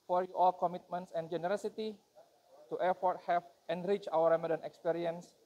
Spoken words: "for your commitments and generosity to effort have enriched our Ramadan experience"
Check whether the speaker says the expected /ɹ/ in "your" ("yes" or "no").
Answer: no